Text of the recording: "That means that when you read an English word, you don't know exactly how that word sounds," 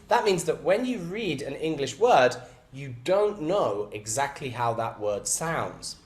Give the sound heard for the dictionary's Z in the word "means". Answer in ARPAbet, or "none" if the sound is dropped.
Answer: Z